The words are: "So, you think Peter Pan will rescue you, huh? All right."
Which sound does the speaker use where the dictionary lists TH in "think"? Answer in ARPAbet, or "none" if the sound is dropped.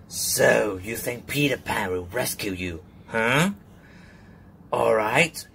TH